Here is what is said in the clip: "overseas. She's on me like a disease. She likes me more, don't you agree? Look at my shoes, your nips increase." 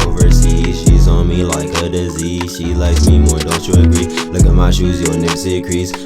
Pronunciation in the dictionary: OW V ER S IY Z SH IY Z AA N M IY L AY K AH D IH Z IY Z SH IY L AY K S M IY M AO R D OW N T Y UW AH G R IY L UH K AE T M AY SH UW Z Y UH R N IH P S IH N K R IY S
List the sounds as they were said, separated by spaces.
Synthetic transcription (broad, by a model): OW V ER S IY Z SH IY Z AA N M IY L AY K AH D IH Z IY Z SH IY L AY K S M IY M AO R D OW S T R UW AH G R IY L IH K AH M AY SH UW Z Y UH N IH S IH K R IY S